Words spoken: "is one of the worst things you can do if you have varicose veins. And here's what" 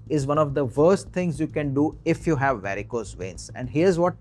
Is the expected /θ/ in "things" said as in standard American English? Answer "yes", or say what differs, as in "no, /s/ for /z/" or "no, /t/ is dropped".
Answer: no, /t/ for /θ/